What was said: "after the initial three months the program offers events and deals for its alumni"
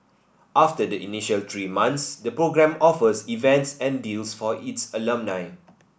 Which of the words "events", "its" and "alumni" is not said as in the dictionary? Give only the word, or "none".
none